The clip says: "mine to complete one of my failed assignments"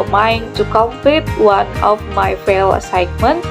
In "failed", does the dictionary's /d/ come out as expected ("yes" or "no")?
no